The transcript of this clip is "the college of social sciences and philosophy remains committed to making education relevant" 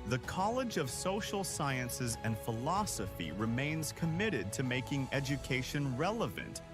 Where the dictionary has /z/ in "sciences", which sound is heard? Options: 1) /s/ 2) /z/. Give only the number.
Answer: 2